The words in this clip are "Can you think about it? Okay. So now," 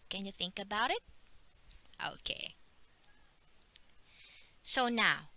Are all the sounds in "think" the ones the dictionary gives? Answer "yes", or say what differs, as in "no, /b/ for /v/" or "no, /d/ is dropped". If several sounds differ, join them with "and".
yes